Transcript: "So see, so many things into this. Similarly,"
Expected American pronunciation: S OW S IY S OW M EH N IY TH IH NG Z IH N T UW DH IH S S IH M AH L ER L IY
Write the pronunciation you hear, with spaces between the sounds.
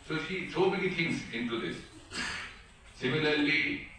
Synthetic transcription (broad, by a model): S OW SH IY S OW M EH N IY T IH NG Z IH N T UW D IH S S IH M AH L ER L IY